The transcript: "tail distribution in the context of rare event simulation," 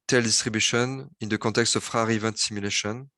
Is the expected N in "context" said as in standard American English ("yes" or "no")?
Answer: no